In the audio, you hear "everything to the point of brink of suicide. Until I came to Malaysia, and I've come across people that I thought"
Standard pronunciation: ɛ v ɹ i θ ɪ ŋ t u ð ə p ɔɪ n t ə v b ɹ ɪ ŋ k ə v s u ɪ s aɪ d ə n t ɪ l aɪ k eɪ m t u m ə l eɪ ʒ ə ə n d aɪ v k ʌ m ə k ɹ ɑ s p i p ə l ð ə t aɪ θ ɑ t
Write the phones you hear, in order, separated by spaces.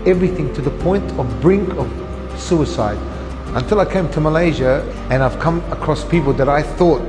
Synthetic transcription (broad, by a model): ɛ v ɹ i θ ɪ ŋ t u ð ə p ɔɪ n t ə v b ɹ ɪ ŋ k ə v s u ɪ s aɪ d ə n t ɪ l aɪ k eɪ m t u m ə l eɪ ʒ ə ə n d aɪ v k ʌ m ə k ɹ ɑ s p i p ə l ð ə t aɪ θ ɑ t